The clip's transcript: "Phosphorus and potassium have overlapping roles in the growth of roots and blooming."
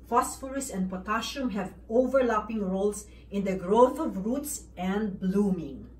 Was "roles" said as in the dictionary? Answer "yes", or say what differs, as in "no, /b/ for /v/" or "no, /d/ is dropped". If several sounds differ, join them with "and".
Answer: no, /s/ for /z/